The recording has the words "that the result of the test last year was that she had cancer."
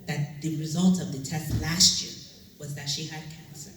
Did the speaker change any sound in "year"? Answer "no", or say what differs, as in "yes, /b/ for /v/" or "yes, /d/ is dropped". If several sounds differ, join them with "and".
no